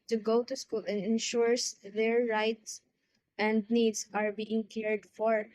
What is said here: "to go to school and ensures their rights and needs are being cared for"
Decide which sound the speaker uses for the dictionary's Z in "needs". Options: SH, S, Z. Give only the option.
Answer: S